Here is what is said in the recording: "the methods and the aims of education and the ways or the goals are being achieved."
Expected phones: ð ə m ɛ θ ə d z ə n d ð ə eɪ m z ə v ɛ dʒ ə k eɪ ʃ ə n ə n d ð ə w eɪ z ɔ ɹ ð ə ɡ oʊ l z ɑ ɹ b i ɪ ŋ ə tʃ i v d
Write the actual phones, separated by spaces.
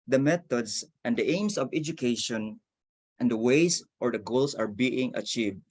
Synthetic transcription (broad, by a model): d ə m ɛ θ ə d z ə n d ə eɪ m s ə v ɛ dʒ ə k eɪ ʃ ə n ə n d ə w eɪ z ɔ ɹ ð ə ɡ oʊ l s ɑ ɹ b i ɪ ŋ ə tʃ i v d